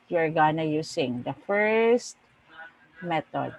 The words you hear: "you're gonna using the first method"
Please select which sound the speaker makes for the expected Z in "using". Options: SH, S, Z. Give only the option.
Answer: S